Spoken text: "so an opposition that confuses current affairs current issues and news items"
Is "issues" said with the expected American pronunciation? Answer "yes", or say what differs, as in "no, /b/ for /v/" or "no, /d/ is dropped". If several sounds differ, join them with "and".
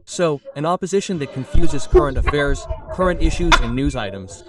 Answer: yes